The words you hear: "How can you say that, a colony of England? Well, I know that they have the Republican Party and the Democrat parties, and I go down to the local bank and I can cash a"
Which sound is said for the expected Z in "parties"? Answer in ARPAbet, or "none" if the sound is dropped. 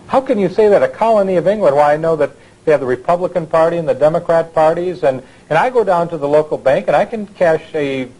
Z